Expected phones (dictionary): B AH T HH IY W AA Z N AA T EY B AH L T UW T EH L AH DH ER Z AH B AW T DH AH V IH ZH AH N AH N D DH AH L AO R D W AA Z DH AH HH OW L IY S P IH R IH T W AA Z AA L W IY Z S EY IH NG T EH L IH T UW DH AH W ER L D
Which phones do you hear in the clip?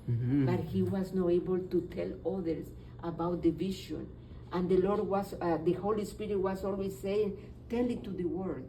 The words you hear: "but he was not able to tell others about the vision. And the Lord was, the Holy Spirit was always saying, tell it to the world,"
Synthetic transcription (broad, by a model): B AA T HH IY W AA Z N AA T EY B AH L T UW T EH L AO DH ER S AH B AW T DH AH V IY SH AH N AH N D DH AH L AO R D W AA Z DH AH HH OW L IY S P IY R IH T W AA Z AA L W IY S EY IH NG T EH L IH T UW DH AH W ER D